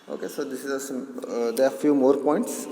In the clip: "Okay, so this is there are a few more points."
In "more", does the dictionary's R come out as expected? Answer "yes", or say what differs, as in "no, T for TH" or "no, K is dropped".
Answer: yes